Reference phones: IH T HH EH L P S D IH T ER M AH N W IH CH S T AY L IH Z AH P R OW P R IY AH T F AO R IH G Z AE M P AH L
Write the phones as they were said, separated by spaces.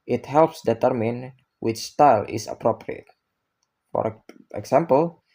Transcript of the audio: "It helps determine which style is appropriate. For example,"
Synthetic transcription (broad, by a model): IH T HH EH L P S D IH T ER M AH N W IH CH S T AY L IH S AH P R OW P R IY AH T F AO R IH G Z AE M P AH L